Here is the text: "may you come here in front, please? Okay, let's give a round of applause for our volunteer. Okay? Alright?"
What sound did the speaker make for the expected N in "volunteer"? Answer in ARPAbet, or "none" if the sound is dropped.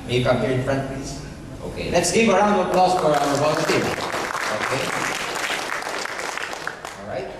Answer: none